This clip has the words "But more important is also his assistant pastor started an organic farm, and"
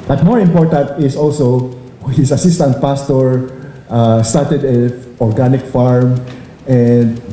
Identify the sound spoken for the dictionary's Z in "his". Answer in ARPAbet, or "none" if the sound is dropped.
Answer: S